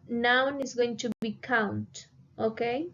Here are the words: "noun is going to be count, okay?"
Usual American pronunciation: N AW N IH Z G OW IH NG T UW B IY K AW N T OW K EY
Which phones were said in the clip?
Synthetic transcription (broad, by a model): N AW N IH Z G OW IH NG T UW B IY K AW N T OW K EY